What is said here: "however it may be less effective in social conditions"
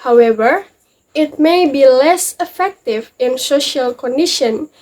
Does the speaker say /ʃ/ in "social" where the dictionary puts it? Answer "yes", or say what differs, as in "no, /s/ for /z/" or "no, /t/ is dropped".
yes